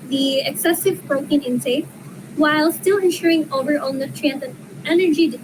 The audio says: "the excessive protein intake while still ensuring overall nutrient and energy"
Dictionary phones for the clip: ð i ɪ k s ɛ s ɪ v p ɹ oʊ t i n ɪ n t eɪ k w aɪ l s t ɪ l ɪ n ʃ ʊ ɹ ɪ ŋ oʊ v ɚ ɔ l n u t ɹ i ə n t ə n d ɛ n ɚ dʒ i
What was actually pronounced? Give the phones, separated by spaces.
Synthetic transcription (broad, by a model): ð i ɪ k s ɛ s ɪ v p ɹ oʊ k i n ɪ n s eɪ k w aɪ l s t ɪ l ɪ n ʃ ʊ ɹ ɪ ŋ oʊ v ɚ ɔ l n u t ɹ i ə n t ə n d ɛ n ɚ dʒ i